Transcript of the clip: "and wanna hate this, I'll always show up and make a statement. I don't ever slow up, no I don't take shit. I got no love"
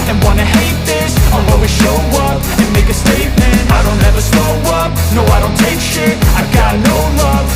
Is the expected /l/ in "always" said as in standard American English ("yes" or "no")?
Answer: no